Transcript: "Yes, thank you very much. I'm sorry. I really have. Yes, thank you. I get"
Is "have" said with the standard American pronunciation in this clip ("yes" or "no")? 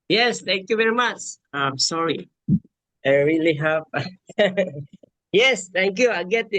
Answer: no